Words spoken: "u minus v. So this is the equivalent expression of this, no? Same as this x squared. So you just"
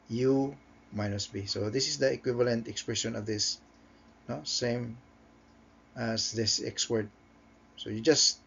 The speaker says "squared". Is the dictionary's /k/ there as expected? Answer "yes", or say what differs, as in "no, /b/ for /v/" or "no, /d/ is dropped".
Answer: no, /k/ is dropped